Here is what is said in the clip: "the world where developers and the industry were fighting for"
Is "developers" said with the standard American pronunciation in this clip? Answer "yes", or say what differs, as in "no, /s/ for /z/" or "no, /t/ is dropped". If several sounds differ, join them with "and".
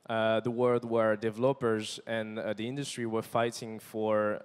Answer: yes